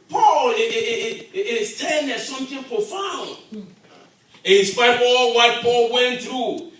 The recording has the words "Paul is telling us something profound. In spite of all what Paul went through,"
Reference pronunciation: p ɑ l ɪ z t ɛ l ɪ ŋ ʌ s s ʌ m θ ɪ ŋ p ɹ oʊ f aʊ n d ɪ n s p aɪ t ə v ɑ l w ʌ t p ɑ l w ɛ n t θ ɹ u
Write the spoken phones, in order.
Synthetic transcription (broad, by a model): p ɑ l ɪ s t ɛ n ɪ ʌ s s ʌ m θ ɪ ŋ p ɹ oʊ f aʊ n d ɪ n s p aɪ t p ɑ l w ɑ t p ɑ l w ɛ n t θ ɹ u